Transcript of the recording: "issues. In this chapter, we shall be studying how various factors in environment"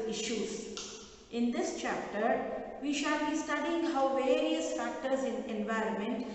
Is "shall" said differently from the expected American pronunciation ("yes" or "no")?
no